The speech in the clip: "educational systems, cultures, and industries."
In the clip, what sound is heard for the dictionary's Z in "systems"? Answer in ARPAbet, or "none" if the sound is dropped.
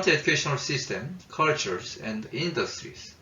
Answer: none